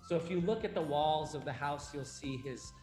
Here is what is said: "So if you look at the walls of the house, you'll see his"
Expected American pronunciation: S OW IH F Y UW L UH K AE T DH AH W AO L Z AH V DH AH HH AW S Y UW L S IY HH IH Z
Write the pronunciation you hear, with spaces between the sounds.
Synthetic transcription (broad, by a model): S OW IH F Y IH L UH K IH T DH AH W AO L Z AH V DH AH HH AW S Y UW L S IY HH IH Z